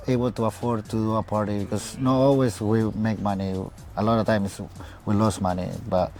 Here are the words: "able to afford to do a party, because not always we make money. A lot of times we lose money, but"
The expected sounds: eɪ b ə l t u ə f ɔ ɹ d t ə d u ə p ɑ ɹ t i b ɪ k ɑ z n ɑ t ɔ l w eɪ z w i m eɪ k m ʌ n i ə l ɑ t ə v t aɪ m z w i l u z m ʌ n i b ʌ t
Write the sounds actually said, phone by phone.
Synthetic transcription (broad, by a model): eɪ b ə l t u ə f ɔ ɹ d t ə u ə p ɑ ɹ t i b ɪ k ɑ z n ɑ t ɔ l w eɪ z w i m eɪ k m ʌ n i ə l ɑ t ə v t aɪ m s w i l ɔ s m ʌ n i b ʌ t